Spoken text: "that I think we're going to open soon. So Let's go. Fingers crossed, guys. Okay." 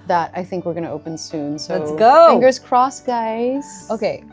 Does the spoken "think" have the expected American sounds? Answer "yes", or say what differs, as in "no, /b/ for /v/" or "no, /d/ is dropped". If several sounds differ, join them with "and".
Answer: yes